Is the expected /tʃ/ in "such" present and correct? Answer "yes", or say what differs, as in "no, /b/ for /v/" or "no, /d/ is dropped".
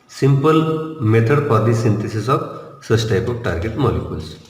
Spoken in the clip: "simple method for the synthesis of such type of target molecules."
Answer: no, /s/ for /tʃ/